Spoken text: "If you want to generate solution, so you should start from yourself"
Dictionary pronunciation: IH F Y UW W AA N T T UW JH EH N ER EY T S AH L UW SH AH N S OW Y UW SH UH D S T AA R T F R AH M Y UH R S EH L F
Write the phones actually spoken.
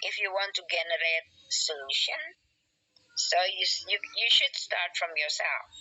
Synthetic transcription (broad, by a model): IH F Y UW W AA N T T UW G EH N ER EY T S AH L UW SH AH N S OW Y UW SH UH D S T AA R T F R AH M Y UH R S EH L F